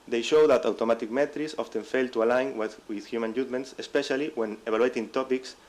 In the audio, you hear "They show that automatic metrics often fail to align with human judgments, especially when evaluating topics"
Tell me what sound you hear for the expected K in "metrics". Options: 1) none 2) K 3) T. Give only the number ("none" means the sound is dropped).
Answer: 1